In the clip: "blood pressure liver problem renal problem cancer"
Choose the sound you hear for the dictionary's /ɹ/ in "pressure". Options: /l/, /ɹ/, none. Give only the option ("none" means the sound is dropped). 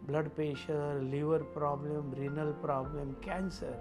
none